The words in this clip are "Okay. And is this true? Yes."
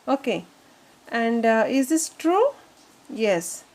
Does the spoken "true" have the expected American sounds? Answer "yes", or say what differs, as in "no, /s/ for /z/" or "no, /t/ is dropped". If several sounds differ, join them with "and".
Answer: yes